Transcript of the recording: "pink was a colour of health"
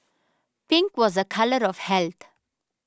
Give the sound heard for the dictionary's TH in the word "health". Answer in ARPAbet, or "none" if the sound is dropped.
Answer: T